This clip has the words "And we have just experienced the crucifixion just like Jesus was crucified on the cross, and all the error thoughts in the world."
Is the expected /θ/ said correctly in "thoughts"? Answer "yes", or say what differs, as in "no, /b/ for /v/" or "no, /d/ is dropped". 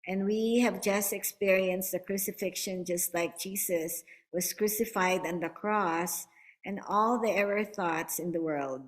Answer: yes